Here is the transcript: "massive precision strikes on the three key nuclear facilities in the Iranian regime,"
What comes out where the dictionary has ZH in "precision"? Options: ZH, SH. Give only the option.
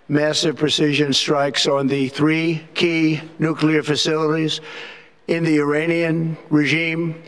ZH